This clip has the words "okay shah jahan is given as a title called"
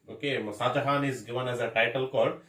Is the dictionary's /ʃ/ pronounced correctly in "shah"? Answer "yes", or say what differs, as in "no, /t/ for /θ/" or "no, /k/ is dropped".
no, /s/ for /ʃ/